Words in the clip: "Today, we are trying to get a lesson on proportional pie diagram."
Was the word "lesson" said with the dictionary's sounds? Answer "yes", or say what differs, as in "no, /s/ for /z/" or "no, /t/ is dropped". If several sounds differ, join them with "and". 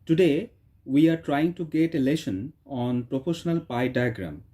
no, /ʃ/ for /s/